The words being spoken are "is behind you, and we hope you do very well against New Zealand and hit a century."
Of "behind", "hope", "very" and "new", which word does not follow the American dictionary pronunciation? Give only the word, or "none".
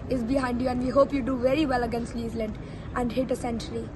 new